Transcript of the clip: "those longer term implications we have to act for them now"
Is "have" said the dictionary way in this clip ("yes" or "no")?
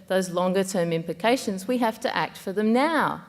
no